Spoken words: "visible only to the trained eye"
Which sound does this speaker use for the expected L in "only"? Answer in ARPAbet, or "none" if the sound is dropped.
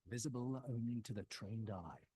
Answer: none